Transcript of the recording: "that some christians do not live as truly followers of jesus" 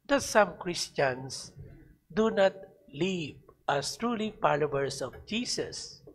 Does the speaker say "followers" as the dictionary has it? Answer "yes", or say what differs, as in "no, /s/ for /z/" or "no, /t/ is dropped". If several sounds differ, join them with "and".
no, /p/ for /f/ and /s/ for /z/